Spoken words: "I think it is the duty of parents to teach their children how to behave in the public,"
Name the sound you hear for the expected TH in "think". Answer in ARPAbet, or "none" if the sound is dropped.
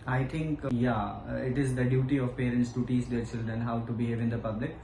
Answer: T